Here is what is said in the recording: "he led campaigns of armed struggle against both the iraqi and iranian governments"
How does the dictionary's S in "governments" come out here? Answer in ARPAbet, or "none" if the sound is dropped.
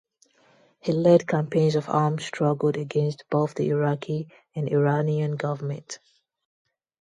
none